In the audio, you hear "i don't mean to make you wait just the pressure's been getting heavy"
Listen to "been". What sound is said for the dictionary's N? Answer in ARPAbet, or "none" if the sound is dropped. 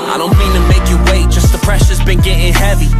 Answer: N